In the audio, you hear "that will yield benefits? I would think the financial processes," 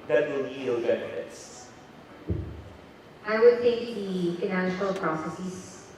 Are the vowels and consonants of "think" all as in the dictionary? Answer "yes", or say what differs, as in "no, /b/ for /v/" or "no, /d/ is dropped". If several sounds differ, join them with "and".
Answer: no, /ŋ/ is dropped